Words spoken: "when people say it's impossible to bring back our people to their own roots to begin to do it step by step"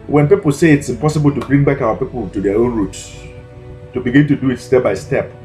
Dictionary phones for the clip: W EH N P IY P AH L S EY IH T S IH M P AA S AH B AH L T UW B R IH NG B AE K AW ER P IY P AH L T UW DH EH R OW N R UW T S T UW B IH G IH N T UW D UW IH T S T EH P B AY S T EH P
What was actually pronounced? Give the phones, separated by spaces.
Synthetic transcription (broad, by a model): W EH N P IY P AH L S EY IH T S IH M P AA S AH B AH L T UW B R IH NG B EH K AW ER P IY P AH L T UW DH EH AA OW N R UW T S T UW B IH G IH N T UW D UW IH T S T EH P B AY S T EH P